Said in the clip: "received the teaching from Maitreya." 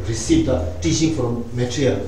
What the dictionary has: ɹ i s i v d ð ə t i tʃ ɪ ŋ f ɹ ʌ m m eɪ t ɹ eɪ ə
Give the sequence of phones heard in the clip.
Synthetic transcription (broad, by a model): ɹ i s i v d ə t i ʃ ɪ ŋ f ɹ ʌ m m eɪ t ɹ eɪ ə